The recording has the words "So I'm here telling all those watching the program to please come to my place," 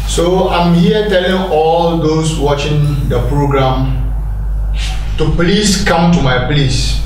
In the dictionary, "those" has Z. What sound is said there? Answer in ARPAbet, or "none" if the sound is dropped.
S